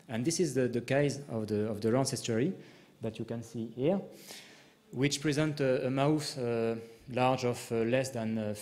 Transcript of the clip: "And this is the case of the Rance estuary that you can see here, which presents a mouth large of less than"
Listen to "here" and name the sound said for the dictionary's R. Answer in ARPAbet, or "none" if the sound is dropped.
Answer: R